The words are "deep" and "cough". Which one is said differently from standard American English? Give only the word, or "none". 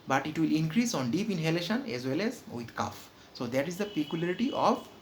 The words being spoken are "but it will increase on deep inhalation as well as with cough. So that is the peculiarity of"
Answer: none